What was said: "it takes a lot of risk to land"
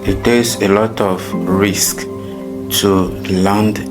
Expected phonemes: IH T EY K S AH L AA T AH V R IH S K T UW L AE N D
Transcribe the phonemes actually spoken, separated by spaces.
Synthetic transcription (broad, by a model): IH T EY S AH L AA T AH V R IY S K T UW L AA N D